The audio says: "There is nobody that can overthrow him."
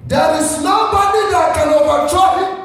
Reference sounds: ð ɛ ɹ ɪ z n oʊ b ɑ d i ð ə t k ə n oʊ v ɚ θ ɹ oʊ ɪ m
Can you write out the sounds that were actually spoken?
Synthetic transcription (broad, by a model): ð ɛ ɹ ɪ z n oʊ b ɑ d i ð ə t k ə n oʊ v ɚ t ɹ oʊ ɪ